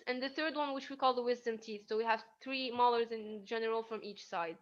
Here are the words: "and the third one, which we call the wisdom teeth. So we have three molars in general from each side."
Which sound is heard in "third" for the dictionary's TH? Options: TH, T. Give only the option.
TH